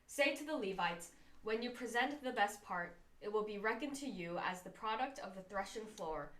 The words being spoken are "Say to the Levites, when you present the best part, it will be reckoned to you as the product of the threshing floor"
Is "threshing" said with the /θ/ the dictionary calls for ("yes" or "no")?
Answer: yes